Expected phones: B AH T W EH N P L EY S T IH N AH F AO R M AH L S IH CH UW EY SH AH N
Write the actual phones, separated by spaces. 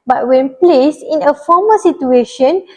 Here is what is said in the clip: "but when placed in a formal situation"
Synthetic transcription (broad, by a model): B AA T W EH N P L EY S IH N AH F AO M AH S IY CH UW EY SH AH N